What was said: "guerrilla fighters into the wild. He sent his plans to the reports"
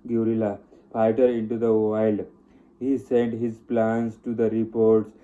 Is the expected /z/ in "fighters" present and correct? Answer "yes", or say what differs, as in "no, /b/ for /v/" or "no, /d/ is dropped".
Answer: no, /z/ is dropped